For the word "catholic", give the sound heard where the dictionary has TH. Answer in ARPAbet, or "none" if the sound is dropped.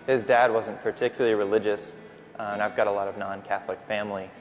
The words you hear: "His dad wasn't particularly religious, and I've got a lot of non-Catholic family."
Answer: TH